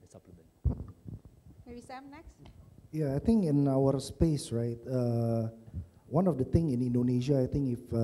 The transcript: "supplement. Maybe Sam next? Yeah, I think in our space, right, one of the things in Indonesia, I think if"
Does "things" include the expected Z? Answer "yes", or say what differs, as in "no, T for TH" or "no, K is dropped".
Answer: no, Z is dropped